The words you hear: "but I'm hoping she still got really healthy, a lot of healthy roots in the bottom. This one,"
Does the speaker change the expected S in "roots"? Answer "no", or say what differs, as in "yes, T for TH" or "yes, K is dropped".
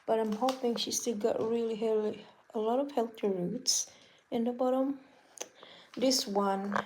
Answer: no